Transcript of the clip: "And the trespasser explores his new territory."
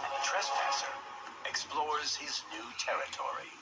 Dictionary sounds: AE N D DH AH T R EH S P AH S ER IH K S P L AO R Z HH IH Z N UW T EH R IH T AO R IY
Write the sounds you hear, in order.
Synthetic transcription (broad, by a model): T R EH S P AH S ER IH K S P L AO R Z HH IH Z N UW T EH R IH T AO R IY